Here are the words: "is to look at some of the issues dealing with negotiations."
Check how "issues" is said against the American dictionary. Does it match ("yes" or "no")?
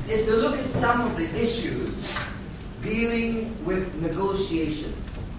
yes